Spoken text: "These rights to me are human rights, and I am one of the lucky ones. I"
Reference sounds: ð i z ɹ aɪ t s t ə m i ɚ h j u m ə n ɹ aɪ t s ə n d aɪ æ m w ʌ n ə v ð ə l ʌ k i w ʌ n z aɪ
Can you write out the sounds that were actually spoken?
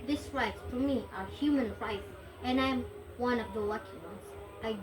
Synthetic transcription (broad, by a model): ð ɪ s ɹ aɪ t s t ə m i ɚ h j u m ə n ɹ aɪ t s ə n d aɪ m w ʌ n ə v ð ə w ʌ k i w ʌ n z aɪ